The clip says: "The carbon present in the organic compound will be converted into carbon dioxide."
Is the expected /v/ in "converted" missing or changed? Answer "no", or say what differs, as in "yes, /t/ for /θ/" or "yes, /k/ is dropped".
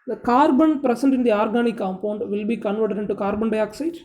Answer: no